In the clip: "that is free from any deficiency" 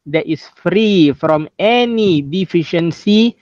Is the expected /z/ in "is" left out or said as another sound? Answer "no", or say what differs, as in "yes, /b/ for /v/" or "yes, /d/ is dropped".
yes, /s/ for /z/